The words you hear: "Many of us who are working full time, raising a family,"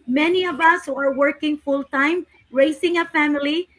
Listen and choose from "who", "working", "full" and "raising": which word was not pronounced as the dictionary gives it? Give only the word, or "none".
raising